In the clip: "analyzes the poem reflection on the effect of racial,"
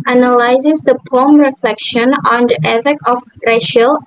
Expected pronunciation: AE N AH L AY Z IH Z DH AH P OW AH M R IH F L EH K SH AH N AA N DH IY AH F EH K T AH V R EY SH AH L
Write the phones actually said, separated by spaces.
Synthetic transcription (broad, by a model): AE N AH L AY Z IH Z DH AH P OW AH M R IH F L EH K SH AH N AA N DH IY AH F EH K AH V R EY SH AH L